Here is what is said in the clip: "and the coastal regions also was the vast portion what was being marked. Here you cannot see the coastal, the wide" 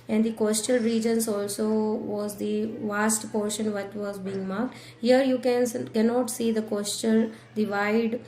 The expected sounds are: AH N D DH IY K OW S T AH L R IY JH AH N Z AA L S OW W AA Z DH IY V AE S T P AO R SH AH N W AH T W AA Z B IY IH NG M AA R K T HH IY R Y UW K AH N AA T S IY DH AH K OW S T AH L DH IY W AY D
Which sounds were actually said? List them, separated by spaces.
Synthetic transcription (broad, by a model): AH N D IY K OW S T AH L R IY JH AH N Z AA L S OW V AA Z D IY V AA S T P AO R SH AH N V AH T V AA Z B IY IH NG M AA R K T HH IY R Y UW K AH N AA T S IY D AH K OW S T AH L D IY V AY D